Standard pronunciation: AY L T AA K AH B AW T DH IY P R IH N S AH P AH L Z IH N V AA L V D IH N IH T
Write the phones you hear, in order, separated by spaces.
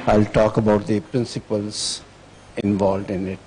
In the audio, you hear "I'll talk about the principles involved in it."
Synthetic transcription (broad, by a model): AY L T AA K AH B AW T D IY P R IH N S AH P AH L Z IH N V AA L V D IH N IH T